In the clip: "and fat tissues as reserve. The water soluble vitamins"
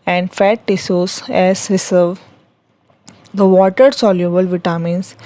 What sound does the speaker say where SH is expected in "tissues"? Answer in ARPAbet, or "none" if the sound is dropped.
S